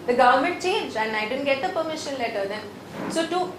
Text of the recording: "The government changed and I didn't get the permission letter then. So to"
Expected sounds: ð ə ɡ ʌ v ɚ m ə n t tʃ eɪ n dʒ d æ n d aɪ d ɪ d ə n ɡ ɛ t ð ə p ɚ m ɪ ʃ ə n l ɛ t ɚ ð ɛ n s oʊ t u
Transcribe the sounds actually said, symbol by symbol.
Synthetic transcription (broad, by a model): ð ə ɡ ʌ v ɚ m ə n t tʃ eɪ n dʒ æ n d aɪ d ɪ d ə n ɡ ɛ t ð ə p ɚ m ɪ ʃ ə n l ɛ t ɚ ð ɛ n s oʊ t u